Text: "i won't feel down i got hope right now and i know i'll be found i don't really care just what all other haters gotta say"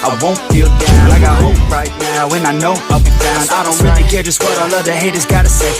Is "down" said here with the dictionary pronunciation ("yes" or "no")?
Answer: no